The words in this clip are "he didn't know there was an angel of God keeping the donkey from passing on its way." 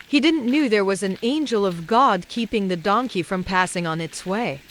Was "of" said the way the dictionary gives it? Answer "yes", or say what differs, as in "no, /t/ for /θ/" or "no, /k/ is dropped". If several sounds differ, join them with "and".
yes